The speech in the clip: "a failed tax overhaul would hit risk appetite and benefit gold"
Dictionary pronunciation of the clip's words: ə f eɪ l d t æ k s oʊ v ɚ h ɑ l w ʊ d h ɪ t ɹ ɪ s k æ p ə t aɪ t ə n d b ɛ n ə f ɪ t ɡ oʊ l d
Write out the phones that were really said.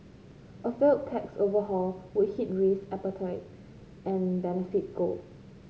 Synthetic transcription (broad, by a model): ə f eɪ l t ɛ k s oʊ v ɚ h ɑ l w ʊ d h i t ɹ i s æ p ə t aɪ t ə n b ɛ n ə f ɪ t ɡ oʊ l